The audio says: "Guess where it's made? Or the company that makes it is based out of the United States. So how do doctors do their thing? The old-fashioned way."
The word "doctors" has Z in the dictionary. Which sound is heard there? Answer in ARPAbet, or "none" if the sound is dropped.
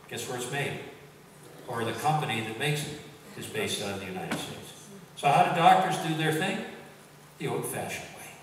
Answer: Z